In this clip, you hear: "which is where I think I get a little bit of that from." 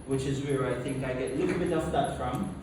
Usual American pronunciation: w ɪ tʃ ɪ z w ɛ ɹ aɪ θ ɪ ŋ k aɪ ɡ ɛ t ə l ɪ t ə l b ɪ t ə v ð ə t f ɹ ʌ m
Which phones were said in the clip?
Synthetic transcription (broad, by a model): w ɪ tʃ ɪ z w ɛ ɹ aɪ θ ɪ ŋ k aɪ ɡ ɛ t ə l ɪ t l b ɪ t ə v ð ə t f ɹ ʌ m